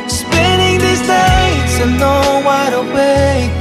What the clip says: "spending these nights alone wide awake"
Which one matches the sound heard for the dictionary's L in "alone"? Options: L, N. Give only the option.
N